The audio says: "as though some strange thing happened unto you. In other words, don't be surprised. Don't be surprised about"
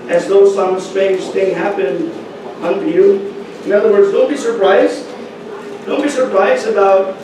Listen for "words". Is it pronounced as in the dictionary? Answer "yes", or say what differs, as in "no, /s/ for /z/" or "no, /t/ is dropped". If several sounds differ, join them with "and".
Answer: yes